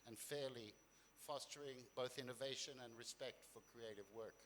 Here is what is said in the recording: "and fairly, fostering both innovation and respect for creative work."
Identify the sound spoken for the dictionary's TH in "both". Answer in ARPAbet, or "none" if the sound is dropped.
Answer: TH